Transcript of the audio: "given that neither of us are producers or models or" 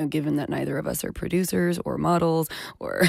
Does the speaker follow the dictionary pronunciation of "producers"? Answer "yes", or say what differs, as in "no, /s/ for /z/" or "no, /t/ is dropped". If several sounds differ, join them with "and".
yes